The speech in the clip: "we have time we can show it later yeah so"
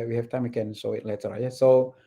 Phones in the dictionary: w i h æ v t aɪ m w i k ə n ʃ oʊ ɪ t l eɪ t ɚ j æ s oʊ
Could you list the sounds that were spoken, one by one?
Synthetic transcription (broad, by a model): w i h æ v t aɪ m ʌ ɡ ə n s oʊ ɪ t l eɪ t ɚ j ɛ s oʊ